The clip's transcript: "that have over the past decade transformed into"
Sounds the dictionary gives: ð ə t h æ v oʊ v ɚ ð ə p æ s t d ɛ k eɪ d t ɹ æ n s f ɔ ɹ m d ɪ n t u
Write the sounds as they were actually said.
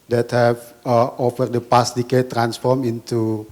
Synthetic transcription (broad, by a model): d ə t h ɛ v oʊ f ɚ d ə p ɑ s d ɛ k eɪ t ɹ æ n s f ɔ ɹ m ɪ n t u